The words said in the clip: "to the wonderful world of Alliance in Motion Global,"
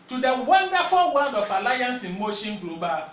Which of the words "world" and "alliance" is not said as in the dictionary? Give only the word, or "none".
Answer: world